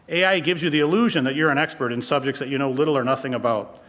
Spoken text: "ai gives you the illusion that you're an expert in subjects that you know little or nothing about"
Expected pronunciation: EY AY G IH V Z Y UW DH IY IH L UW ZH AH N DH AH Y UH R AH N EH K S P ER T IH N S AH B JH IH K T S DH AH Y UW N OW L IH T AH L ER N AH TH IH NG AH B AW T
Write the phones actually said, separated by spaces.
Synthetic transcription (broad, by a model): EY AY G IH V Z Y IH DH IY IH L UW ZH AH N DH AH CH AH R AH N EH K S P ER T IH N S AH B JH IH K T S DH AH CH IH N OW L IH T L ER N AH TH IH NG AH B AW T